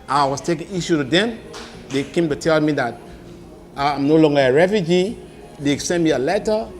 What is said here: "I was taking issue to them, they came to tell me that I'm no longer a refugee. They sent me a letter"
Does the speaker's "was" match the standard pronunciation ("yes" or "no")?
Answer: no